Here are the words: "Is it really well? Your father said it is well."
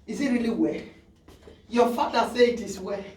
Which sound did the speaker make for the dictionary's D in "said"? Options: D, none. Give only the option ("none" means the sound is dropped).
none